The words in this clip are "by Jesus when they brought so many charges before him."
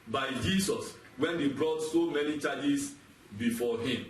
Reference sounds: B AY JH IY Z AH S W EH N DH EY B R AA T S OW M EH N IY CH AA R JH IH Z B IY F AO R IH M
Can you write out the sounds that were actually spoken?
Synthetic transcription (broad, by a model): B AY JH IY S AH S W EH N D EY B R AA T S OW M EH N IY CH AA JH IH S B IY F AO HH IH M